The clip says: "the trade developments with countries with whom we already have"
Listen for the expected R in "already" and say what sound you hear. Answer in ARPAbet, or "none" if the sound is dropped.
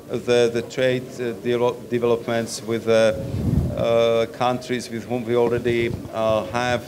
R